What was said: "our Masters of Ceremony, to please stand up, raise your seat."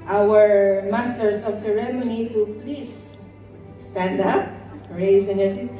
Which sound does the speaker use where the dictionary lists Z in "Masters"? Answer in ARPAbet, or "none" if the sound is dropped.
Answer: S